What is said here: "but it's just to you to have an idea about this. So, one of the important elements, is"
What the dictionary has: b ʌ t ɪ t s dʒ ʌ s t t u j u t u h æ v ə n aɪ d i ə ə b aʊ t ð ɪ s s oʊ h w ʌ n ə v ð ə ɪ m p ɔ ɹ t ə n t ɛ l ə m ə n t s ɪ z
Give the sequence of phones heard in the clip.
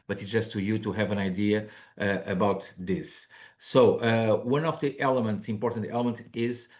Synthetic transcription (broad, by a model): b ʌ t ɪ t s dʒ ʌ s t t u j u t u h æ v ə n aɪ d i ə ə b aʊ t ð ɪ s s oʊ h w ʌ n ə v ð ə ɪ m p ɔ ɹ t ə n t ɛ l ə m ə n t ɪ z